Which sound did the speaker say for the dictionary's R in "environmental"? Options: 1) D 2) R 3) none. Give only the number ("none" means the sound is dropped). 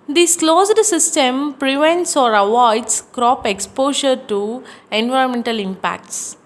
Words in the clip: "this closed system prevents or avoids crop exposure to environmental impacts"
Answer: 2